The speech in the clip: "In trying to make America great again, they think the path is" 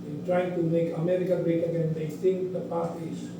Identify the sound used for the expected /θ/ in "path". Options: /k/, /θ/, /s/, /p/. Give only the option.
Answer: /s/